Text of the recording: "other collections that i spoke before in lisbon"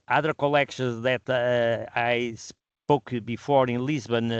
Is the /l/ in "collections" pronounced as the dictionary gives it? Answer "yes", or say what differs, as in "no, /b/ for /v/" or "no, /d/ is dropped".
yes